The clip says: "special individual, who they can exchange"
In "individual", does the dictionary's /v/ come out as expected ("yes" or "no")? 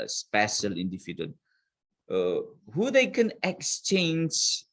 no